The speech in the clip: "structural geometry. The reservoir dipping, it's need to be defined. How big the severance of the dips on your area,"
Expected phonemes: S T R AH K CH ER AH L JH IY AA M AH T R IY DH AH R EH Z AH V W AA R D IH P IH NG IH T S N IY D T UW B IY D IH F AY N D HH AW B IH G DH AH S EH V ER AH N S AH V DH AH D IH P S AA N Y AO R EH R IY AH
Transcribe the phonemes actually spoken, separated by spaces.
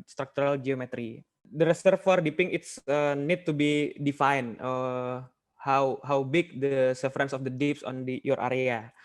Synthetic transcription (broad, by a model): S T R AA K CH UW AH L JH IY AA M AH T R IY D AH R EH S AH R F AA R D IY P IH NG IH T S N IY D T UW B IY D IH F AY N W HH AW B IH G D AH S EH F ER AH N S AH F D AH D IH P S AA N Y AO R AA R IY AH